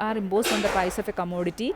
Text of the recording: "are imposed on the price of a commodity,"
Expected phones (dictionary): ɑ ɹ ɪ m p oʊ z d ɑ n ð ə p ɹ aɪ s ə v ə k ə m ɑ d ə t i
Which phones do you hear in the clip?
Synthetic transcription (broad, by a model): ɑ ɹ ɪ m b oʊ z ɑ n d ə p aɪ s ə f ə k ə m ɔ d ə t i